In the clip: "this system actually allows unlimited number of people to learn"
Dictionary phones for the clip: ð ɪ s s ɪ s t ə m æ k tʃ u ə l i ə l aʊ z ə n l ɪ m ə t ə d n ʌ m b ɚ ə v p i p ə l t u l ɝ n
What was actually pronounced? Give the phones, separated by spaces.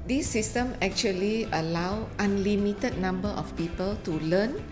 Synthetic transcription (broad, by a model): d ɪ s s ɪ s t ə m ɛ k tʃ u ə l i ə l aʊ ə n l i m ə t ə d n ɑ m b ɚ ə f p i p ə l t u l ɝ n